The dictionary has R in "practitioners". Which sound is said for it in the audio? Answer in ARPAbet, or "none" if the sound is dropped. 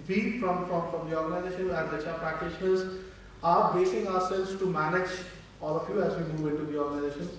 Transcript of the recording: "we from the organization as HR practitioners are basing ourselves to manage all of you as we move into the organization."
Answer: R